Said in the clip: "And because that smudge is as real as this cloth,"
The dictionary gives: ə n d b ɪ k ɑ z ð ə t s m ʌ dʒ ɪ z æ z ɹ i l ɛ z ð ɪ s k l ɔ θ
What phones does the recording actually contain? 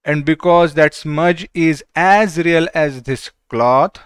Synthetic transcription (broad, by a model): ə n d b ɪ k ɑ z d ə t s m ʌ dʒ ɪ z æ z ɹ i l ɛ z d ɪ s k l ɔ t